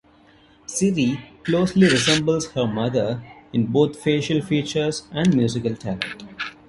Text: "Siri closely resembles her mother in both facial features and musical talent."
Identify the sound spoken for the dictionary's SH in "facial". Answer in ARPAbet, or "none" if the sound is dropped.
SH